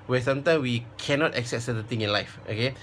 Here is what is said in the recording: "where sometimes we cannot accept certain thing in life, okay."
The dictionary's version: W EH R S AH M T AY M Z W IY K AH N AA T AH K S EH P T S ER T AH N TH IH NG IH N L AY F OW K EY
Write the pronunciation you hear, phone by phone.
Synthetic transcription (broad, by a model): W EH S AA M T AY M W IY K AH N AA T AH K S EH P T S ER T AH N T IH NG IH N L AY F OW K EY